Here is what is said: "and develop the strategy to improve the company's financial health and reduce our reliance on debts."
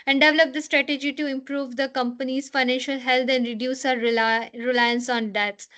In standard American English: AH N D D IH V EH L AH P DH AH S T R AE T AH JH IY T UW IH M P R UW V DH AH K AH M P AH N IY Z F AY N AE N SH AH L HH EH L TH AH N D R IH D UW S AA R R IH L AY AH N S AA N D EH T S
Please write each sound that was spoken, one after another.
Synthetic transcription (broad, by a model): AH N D D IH V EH L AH P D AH S T R AE T AH JH IY T UW IH M P R UW V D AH K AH M P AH N IY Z F AY N AE N SH AH L HH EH L T AH N D R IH D UW S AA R R IH L AY AH N S AA N D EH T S